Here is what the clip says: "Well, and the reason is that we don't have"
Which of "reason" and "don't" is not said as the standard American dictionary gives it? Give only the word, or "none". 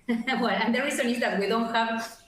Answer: reason